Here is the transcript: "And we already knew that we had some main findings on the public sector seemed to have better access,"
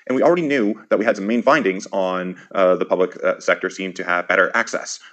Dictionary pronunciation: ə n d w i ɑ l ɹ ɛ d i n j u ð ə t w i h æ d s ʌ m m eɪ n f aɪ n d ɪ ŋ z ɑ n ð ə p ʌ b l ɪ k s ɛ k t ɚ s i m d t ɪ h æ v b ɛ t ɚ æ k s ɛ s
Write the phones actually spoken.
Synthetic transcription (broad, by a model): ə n w i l ɹ ɛ d i n j u ð ə t w i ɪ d s ʌ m m eɪ n f aɪ n d ɪ ŋ z n ð ə p ʌ b l ɪ k s ɛ k t ɚ s i m t ɪ v b ɛ t ɚ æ k s ɛ s